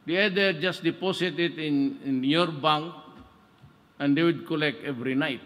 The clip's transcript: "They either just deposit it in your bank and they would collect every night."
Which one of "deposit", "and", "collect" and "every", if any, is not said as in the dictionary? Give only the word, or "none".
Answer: deposit